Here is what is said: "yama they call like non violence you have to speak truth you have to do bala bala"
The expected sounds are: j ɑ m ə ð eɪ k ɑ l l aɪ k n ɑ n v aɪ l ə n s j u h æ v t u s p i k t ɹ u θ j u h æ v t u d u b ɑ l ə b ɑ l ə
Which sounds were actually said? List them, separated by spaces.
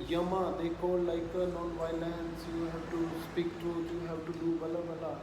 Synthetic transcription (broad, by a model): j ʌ m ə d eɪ k ɑ l l aɪ k n ɑ n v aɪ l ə n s j u h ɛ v t u s p i k t u t j u h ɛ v t u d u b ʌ l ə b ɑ l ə